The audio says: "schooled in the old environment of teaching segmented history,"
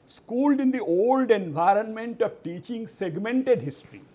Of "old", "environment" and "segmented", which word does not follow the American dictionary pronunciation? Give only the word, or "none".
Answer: none